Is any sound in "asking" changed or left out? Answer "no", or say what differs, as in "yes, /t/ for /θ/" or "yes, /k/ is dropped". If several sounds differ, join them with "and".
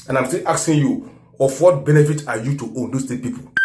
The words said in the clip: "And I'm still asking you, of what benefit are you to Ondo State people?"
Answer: yes, /k/ is dropped